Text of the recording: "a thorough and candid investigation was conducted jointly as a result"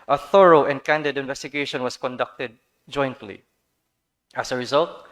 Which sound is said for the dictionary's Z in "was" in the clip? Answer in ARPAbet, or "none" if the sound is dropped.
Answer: S